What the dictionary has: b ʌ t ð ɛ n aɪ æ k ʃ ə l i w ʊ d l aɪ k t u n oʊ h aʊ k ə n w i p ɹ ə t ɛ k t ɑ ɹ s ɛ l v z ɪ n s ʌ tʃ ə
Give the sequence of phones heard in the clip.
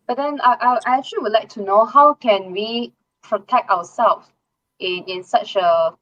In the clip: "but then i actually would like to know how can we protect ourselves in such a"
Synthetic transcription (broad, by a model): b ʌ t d ɛ n aɪ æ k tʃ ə l i w ʊ d l aɪ k t u n oʊ h aʊ k ə n w i p ɹ ə t ɛ k t ɑ w s ɛ l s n ɪ n s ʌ tʃ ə